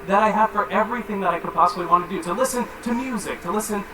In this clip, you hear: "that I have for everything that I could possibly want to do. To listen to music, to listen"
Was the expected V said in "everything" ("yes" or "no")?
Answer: yes